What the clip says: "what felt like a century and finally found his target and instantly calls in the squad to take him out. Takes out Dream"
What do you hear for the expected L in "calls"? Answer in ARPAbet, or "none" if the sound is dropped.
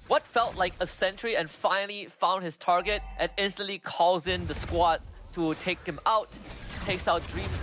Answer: none